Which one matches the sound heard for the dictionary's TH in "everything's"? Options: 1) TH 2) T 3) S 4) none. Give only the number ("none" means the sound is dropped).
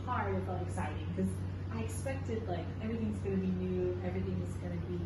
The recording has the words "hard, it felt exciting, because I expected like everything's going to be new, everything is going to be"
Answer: 1